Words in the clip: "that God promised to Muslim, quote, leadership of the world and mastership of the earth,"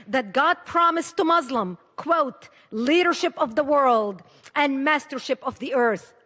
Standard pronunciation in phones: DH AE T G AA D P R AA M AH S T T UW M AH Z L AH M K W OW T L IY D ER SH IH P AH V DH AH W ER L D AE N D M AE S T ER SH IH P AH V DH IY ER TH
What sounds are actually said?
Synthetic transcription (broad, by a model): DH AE T G AA D P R AA M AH S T T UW M AH Z L AH M K W OW T L IY D ER SH IH P AH V DH AH W ER L D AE N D M AE S T ER SH IH P AH V DH IY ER TH